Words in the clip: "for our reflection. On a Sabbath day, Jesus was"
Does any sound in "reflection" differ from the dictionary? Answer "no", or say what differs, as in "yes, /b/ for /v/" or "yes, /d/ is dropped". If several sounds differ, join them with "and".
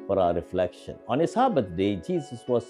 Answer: no